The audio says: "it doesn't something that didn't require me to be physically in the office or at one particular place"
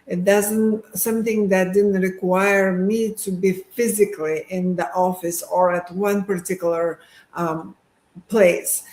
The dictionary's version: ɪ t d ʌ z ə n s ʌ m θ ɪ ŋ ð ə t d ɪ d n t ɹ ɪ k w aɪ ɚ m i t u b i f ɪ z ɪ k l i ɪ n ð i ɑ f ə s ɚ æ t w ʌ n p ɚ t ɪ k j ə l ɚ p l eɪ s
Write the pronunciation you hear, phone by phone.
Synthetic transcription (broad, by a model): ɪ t d ʌ z ə n s ʌ m θ ɪ ŋ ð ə t d ɪ d n t ɹ ɪ k w aɪ ɚ m i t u b i f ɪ z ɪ k l i ɪ n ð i ɑ f ə s ɚ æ t w ʌ n p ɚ t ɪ k j l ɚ p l eɪ s